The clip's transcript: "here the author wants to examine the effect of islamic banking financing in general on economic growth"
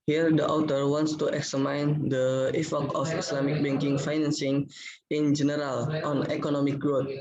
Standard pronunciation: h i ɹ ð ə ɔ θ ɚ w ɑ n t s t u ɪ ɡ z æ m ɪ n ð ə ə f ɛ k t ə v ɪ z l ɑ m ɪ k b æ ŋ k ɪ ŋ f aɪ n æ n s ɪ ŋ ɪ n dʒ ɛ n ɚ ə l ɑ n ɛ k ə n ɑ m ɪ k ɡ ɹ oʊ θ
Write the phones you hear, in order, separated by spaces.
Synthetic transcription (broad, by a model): h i ɹ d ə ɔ t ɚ w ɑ n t s t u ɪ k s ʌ m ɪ n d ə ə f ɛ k ə f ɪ s l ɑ m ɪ k b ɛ ŋ k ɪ ŋ f aɪ n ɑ n s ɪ ŋ ɪ n dʒ ɛ n ɚ ə l ɑ n ɛ k ə n ɑ m ɪ k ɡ ɹ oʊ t